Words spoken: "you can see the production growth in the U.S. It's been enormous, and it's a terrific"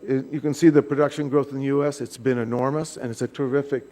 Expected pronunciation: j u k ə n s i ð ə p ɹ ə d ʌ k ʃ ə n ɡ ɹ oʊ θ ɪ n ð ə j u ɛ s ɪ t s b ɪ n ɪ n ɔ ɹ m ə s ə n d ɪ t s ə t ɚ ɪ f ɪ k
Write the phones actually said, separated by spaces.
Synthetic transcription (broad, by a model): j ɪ k ə n s i ð ə p ɹ ə d ʌ k ʃ ə n ɡ ɹ oʊ θ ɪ n ð ə j u ɛ s ɪ t s b ɪ n ɪ n ɔ ɹ m ə s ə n ɪ t s ə t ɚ ɪ f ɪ k